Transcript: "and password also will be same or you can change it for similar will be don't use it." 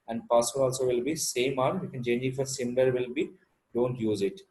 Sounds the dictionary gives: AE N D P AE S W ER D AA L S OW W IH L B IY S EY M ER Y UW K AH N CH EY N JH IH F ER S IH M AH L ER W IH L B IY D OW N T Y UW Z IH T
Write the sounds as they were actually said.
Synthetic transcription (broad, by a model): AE N D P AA S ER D AA L S OW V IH L B IY S EY M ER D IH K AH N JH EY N IH F ER S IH M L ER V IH L B IY D OW N T Y UW Z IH T